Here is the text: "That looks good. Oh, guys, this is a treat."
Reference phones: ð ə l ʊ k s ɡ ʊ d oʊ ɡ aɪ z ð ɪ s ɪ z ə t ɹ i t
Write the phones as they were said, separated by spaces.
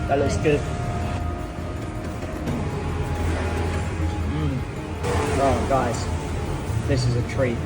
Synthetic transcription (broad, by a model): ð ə l ʊ k s ɡ ʊ d oʊ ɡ aɪ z ð ɪ s ɪ z ə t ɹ i